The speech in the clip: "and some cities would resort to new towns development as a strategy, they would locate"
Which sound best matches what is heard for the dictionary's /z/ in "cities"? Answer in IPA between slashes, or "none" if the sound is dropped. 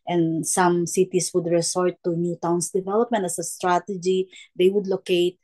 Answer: /s/